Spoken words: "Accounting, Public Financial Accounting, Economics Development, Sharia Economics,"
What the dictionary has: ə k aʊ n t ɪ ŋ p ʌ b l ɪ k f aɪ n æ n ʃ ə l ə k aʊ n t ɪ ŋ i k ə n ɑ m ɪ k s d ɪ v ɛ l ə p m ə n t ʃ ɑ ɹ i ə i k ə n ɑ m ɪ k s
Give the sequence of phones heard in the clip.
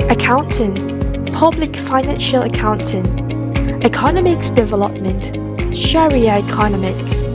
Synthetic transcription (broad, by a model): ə k aʊ n t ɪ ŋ p ʌ b l ɪ k f aɪ n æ n ʃ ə l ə k aʊ n t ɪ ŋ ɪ k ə n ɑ m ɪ k s d ɪ v ɛ l ə p m ə n t ʃ ɑ ɹ i ə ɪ k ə n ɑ m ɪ k s